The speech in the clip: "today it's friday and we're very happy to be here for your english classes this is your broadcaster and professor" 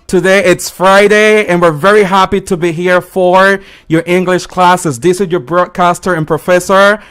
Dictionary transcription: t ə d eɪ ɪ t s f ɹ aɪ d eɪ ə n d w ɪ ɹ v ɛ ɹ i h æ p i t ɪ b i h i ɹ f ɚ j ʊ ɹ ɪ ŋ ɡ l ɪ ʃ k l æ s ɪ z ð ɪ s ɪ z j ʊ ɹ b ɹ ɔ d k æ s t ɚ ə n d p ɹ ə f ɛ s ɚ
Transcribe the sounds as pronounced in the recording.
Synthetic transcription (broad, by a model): t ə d eɪ ɪ t s f ɹ aɪ d eɪ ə n w ɪ ɹ v ɛ ɹ i h æ p i t ɪ b i h i ɹ f ɚ j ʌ ɹ ɪ ŋ ɡ l ɪ ʃ k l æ s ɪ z ð ɪ s ɪ z j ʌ ɹ b ɹ ɔ d k æ s t ɚ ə n p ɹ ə f ɛ s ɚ